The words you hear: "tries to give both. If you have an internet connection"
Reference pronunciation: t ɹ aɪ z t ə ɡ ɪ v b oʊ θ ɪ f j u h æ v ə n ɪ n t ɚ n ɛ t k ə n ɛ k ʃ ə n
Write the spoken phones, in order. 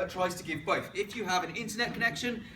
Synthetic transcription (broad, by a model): t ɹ aɪ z t ə ɡ ɪ v b oʊ θ ɪ f j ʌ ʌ v ə n ɪ n t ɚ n ɛ t k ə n ɛ k ʃ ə n